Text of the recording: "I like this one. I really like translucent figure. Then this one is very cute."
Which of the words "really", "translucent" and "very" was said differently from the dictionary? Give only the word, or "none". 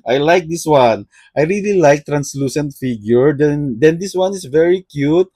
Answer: none